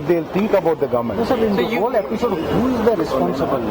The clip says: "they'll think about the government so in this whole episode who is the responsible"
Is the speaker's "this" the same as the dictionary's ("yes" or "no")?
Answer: no